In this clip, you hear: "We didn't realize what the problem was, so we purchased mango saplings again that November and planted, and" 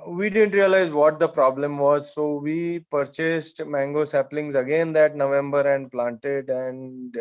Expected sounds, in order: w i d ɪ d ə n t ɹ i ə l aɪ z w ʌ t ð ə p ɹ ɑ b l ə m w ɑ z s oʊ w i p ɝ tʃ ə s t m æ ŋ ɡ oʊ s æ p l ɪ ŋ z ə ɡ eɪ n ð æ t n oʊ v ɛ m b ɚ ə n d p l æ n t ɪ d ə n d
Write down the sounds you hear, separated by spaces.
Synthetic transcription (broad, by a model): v i d ɪ d ə n t ɹ i ə l aɪ z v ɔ t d ə p ɹ ɑ b l ə m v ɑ z s oʊ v i p ɝ tʃ ə s t m æ ŋ ɡ oʊ s æ p l ɪ ŋ z ə ɡ eɪ n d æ t n oʊ v ɛ m b ɚ ə n d p l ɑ n t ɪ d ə n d